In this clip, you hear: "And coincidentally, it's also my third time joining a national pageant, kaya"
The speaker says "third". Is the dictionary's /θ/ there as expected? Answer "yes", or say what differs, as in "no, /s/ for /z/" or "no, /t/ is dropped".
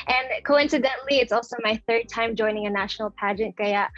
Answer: yes